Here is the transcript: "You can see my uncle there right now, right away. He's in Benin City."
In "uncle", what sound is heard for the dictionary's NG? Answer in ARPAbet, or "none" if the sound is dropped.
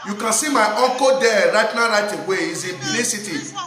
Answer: none